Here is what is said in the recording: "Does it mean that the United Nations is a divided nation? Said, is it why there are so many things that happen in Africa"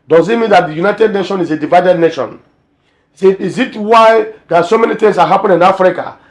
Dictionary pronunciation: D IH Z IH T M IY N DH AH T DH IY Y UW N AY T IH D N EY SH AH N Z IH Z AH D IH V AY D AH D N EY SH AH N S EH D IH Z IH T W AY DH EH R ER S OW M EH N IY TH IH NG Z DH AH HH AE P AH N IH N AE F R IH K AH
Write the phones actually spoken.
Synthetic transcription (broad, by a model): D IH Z IH T M IY N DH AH T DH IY Y UW N AY T IH D N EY SH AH N IH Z AH D IH V AY D AH D N EY SH AH N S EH IH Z IH T W AY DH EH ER S OW M EH N IY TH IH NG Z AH HH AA P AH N IH N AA F R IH K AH